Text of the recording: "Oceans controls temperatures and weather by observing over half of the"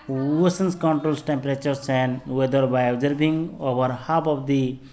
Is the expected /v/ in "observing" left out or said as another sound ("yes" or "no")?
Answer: yes